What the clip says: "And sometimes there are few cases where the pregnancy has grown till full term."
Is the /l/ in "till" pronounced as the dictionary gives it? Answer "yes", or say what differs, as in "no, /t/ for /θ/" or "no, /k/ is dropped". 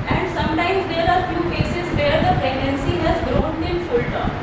no, /n/ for /l/